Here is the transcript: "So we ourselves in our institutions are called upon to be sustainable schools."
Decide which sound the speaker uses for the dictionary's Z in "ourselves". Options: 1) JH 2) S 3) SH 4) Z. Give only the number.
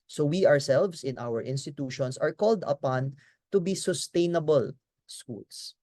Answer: 2